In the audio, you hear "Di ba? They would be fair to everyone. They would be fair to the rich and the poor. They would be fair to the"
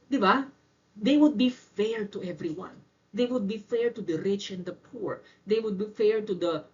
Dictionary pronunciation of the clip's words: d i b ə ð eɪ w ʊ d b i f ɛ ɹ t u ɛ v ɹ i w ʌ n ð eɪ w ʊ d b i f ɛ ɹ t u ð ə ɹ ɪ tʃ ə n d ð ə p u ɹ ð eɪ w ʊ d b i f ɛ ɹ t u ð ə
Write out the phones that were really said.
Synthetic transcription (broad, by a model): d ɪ b ə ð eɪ w ʊ d b i f ɛ ɹ t u ɛ v ɹ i w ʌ n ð eɪ w ʊ d b i f ɛ ɹ t u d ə ɹ ɪ tʃ ə n d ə p u ɹ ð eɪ w ʊ d b i f ɛ ɹ t u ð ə